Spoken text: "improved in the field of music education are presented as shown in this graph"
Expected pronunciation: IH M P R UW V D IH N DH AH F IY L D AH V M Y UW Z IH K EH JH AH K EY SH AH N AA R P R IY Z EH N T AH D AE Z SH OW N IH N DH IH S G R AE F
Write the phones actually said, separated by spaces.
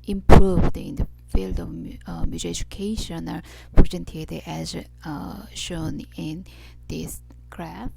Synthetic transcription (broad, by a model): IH M P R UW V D IH N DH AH F IY L D AH V M Y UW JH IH EH JH AH K EY SH AH N AA R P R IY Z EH N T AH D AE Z SH OW N IH N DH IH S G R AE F